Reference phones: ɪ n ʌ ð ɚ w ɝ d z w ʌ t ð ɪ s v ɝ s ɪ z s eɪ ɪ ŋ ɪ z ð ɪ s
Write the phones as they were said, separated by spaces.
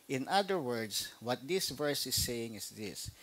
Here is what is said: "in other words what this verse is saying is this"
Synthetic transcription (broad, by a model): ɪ n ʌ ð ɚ w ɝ d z w ʌ t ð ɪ s v ɝ s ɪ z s eɪ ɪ ŋ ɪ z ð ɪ s